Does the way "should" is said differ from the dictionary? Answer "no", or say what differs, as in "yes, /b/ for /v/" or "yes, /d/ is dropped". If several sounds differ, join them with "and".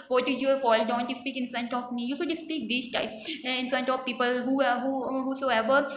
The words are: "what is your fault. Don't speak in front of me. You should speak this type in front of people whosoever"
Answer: yes, /s/ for /ʃ/